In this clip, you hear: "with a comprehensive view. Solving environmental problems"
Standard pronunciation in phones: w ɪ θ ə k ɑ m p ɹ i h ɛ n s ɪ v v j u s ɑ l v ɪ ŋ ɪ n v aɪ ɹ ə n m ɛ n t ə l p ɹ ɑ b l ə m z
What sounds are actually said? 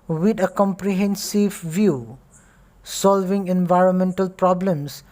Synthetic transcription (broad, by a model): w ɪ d ə k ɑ m p ɹ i h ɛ n s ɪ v v j u s ɑ l v ɪ ŋ ɪ n v aɪ ɹ ə n m ɛ n t ə l p ɹ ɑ b l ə m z